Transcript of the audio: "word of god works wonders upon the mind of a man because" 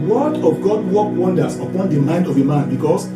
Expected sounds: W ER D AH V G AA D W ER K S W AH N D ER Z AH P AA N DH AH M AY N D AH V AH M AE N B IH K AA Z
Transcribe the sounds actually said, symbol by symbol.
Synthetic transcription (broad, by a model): W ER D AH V G AA D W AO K W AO N D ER S AH P AA N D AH M AY N D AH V AH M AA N B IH K AA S